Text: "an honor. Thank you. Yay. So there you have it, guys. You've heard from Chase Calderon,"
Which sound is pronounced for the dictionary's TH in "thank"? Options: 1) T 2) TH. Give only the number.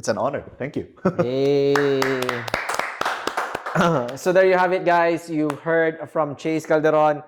1